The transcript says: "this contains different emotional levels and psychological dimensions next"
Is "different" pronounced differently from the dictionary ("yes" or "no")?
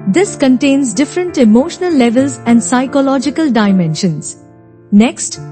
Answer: no